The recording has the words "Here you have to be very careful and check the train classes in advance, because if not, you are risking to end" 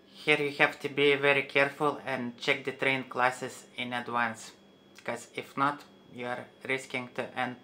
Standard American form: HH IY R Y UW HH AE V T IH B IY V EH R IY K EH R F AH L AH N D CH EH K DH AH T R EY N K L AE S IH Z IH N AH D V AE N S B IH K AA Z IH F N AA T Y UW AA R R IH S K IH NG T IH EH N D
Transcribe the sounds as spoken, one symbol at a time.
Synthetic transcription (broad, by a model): HH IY R Y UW HH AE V T IH B IY V EH R IY K EH R F AH L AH N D CH EH K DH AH T R EY N K L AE S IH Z IH N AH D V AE N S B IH K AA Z IH F N AA T Y UW AA R R IH S K IH NG T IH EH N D